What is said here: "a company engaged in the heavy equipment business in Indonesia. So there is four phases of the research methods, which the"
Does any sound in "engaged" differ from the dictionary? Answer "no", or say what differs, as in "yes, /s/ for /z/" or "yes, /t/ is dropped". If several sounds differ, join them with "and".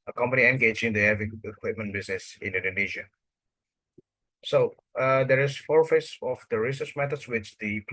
yes, /d/ is dropped